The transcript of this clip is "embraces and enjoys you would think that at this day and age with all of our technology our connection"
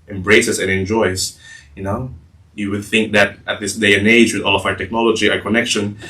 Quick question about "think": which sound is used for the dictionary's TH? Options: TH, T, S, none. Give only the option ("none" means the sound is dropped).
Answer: TH